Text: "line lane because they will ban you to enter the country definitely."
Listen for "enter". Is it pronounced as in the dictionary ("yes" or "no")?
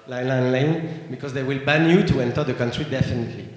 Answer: yes